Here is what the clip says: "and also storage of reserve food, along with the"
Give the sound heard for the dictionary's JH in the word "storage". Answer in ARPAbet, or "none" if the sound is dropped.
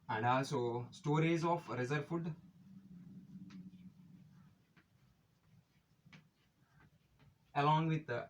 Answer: Z